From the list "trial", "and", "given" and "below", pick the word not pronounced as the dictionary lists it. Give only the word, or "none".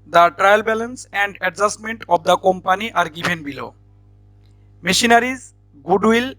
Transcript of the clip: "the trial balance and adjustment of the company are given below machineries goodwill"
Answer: given